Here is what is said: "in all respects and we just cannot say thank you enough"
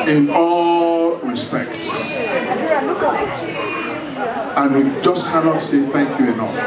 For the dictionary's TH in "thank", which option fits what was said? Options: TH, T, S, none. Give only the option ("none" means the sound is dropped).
TH